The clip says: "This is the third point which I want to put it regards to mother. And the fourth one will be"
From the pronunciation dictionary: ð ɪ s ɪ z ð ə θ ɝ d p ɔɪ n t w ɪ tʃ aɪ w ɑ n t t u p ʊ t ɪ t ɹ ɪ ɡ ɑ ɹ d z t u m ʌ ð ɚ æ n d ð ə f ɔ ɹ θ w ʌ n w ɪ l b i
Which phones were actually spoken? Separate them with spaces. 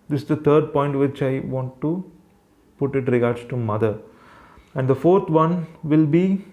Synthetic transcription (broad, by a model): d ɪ s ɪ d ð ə t ɝ d p ɔɪ n t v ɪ tʃ aɪ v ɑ n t t u p ʊ t ɪ t ɹ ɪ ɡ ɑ ɹ d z t u m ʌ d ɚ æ n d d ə f ɔ ɹ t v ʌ n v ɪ l b i